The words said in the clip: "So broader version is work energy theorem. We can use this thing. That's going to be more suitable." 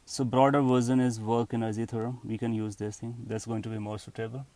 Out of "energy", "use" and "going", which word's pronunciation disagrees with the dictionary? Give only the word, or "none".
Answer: energy